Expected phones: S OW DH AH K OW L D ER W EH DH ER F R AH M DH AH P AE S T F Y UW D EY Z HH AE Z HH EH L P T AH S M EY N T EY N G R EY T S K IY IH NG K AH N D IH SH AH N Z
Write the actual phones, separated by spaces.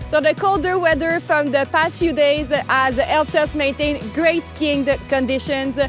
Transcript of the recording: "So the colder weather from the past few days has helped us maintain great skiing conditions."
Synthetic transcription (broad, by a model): S OW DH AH K OW L D ER W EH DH ER F R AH M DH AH P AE S T F Y UW D EY Z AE Z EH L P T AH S M EY N T EY N G R EY T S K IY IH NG K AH N D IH SH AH N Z